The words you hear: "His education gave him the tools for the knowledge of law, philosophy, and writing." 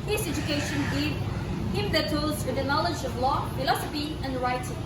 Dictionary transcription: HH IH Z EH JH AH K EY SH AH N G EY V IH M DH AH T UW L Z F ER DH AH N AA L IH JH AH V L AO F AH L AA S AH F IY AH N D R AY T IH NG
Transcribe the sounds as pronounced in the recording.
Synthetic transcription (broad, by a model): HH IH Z EH JH AH K EY SH AH N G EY IH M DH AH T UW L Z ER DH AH N AA L IH JH AH V L AO F AH L AA S AH F IY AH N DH R AY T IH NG